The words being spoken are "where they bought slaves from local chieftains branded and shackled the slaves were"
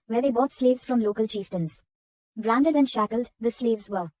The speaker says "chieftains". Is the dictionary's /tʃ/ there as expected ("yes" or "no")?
yes